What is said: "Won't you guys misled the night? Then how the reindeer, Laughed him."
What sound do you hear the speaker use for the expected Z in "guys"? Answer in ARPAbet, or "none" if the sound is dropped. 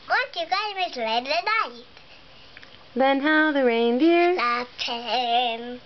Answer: none